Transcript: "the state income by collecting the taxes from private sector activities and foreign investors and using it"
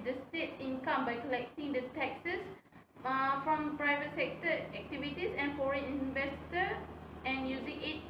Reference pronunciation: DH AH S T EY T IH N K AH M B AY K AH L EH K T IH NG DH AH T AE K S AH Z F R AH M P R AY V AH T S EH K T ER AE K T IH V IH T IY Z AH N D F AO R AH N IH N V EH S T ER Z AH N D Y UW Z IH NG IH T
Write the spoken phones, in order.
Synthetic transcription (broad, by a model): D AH S T EY T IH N K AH M B AY K AH L EH K T IH NG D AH T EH K S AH S F R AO M P R AY V AH T S EH K T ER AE K T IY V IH T IY S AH N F AO R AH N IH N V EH S T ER AH N Y UW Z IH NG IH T